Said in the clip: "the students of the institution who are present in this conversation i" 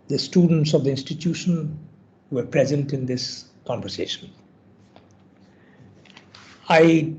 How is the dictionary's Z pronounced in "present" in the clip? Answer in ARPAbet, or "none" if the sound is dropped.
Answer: Z